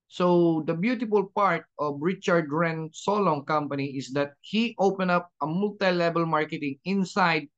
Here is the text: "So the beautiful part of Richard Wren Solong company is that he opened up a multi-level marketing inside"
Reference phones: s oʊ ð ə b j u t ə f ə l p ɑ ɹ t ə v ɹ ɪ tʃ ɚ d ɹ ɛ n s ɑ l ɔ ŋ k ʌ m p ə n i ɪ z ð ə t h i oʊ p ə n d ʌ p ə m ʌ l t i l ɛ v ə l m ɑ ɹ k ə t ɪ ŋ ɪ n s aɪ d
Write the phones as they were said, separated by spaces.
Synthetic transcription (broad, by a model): s oʊ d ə b j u t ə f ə l p ɑ ɹ t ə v ɹ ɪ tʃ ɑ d ɹ ɛ n s ɑ l ɔ ŋ k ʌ m p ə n i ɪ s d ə t h i oʊ p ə n ʌ p ə m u l t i l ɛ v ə l m ɑ ɹ k ə t ɪ ŋ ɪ n s aɪ d